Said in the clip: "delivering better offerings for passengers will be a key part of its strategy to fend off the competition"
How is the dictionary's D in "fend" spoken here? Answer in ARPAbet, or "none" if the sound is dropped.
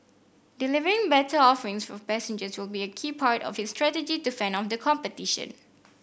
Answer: none